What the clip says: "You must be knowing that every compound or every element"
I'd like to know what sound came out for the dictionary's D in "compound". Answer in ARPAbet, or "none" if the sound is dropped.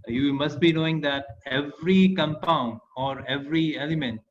D